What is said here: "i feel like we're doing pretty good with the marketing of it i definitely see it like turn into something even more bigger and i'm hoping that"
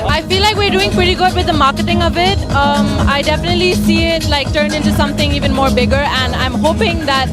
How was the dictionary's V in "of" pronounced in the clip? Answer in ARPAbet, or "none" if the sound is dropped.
V